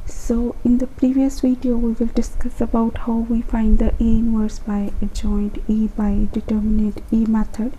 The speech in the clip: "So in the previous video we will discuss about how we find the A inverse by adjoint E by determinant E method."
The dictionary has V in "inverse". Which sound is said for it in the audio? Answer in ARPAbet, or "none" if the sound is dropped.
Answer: W